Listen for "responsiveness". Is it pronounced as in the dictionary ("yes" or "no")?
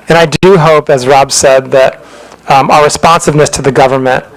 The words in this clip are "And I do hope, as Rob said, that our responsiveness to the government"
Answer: yes